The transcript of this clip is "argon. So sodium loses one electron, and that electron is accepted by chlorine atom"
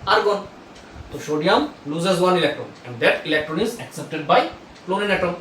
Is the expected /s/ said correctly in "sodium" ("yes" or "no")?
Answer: no